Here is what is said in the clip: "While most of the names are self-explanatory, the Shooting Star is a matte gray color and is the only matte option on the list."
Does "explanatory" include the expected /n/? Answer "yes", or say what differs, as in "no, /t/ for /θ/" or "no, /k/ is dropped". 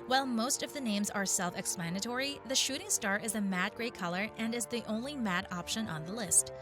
yes